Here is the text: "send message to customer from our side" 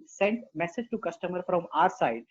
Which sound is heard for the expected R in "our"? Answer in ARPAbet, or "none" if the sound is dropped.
R